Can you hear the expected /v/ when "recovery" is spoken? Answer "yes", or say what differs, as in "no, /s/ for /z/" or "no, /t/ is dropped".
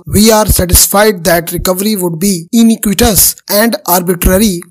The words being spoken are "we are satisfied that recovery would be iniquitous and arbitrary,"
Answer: yes